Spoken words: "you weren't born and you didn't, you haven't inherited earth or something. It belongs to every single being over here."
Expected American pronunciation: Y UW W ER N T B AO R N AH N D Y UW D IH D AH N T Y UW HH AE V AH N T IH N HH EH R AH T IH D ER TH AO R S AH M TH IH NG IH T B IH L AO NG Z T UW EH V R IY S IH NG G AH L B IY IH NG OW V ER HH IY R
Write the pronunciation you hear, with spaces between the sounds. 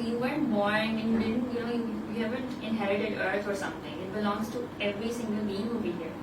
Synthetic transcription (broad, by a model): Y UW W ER N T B AO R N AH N Y UW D IH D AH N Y Y UW HH AE V AH N T IH N HH EH R AH T IH D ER T AO R S AH M T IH NG IH T B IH L AO NG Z T UW EH V R IY S IH NG G AH L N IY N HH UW B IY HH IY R